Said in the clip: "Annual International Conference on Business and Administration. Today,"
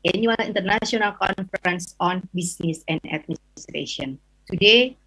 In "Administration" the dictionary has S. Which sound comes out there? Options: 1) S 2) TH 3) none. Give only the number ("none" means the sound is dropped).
3